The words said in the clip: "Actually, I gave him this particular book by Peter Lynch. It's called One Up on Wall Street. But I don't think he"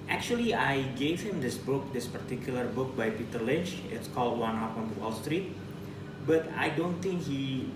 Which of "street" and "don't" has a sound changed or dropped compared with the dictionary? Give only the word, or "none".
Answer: none